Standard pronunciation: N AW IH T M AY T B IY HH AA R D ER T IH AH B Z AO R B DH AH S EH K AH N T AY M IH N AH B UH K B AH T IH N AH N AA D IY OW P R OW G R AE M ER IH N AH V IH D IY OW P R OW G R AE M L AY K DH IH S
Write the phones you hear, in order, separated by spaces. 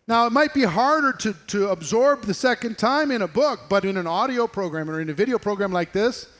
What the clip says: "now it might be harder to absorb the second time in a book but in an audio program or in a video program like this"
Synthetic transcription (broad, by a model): N AW IH T M AY T B IY HH AA R D ER T IH AH B Z AO R B DH AH S EH K AH N T AY M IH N AH B UH K B AH T IH N AH N AA D IY OW P R OW G R AE M ER IH N AH V IH D IY OW P R OW G R AE M L AY K DH IH S